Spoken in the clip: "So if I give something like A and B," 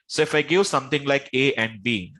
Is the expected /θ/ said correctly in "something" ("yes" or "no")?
no